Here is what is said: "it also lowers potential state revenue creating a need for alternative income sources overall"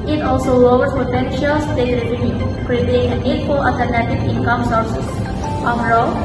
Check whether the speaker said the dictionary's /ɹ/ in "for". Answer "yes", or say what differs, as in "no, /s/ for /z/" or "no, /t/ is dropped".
no, /l/ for /ɹ/